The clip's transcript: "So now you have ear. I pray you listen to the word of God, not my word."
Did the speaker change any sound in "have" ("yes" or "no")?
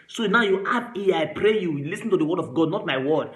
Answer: yes